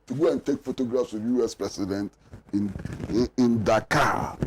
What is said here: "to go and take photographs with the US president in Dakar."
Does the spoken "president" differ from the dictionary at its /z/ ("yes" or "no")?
yes